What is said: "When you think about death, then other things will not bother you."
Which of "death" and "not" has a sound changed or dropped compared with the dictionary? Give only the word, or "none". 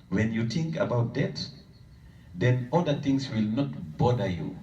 death